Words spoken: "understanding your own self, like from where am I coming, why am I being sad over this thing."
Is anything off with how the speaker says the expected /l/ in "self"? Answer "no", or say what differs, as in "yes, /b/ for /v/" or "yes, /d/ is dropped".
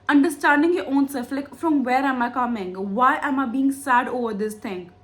yes, /l/ is dropped